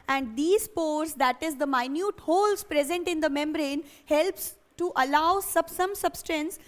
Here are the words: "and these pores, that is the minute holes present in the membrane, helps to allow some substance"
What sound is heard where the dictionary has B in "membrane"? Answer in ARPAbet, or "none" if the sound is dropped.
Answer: B